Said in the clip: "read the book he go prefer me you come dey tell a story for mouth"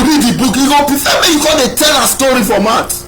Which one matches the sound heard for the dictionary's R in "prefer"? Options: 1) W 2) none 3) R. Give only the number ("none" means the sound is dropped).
2